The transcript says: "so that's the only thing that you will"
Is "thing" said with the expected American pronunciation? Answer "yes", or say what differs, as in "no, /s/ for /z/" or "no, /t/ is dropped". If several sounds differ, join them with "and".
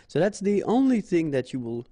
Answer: yes